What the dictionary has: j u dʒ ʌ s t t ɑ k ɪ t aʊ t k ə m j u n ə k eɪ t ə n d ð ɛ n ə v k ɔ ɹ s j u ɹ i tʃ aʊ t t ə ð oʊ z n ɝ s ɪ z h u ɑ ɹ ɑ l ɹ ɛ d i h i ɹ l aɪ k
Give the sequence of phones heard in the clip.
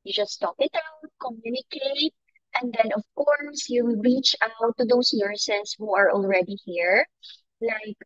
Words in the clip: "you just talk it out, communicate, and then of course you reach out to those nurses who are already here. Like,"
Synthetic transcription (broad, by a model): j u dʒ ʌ s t t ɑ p ɪ t aʊ t k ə m j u n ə k eɪ t ə n d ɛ n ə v k ɔ ɹ s j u ɹ i tʃ aʊ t t ə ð oʊ s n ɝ s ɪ s h u ɑ ɹ ɑ l ɹ ɛ d i h i ɹ l aɪ k